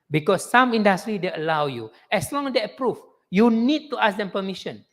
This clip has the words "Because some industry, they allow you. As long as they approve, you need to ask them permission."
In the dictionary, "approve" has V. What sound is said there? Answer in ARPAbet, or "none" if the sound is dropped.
F